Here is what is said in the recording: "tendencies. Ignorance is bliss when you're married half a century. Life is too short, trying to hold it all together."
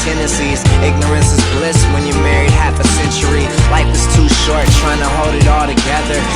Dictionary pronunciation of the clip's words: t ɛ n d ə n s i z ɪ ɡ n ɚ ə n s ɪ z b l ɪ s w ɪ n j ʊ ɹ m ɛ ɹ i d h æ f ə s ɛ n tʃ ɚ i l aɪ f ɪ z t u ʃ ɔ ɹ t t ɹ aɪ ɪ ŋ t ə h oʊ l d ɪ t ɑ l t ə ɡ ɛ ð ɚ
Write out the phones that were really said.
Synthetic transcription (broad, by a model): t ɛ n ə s i z ɪ ɡ n ɚ ə n s ɪ z b l ɪ s w ɪ n j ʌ ɹ m ɛ ɹ i d h æ f ə s ɛ n tʃ ɚ i l aɪ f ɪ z t u ʃ ɔ ɹ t t ɹ aɪ ɪ ŋ t ə h oʊ l d ɪ t ɑ l t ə ɡ ɛ ð ɚ